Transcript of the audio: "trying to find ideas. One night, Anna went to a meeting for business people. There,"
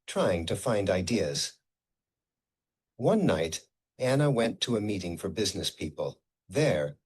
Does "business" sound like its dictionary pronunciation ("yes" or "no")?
yes